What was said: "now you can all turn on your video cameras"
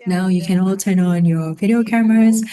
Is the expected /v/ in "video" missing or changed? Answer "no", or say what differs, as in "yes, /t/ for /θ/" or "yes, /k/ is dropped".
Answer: no